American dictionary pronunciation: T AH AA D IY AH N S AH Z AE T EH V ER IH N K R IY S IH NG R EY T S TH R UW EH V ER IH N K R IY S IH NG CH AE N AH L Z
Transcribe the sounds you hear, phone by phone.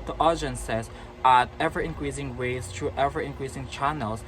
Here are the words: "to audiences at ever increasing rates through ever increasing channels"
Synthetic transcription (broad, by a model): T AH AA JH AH N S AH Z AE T EH V ER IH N K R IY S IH NG W EY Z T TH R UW EH V ER IH N K R IY S IH NG CH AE N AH L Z